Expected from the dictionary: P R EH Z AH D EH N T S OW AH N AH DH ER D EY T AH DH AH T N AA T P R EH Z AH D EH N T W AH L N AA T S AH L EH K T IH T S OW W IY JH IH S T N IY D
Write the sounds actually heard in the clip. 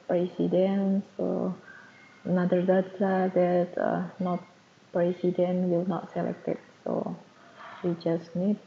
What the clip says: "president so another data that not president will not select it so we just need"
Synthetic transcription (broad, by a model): P R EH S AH D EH N S OW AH N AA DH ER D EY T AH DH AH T N AA T P R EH S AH D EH N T W AH L N AA T S AH L EH K T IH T S OW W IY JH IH S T N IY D